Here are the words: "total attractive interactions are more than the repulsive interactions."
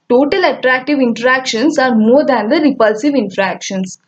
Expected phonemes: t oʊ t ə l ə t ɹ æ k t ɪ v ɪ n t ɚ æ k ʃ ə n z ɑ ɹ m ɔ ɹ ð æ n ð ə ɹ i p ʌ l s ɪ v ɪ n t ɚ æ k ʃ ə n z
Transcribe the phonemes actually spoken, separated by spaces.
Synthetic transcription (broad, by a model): t oʊ t ə l ə t ɹ æ k t ɪ v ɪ n t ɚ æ k ʃ ə n s ɑ ɹ m ɔ ɹ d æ n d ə ɹ i p ʌ l s ɪ v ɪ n t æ k ʃ ə n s